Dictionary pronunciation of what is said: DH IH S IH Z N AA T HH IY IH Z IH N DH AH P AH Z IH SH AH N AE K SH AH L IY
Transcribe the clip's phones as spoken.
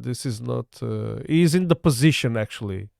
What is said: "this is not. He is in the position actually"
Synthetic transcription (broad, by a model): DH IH S IH Z N AA T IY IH Z IH N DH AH P AH Z IH SH AH N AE K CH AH L IY